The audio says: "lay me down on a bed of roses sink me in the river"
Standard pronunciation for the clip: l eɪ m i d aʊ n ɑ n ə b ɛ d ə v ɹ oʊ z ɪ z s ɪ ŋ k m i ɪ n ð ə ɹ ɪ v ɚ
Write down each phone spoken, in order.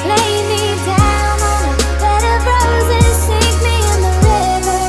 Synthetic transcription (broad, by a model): l eɪ m i d aʊ ʊ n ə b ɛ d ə b ɹ oʊ z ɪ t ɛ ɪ k m i ɪ n ð ə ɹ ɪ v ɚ